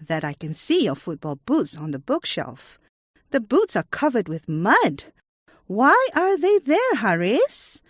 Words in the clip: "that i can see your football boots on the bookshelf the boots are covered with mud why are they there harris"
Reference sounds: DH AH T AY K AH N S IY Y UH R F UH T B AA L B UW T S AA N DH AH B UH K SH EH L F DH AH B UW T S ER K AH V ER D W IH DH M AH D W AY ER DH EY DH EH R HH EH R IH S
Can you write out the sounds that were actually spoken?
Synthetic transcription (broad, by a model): DH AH T AY K AH N S IY Y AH F UH T B AA L B UW T S N DH AH B UH K SH EH L F DH AH B UW T S ER K AH V ER D W IH DH M AH D W AY ER DH EY DH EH R HH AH R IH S